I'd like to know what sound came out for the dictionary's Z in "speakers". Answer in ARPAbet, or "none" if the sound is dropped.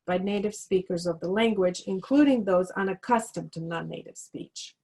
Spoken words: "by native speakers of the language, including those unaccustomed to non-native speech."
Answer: Z